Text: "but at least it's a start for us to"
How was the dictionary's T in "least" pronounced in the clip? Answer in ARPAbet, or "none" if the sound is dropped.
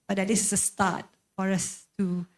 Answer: none